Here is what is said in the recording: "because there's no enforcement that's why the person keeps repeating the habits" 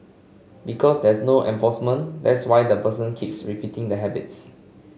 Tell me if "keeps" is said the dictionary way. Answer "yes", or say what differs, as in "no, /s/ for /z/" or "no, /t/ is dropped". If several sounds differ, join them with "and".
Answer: yes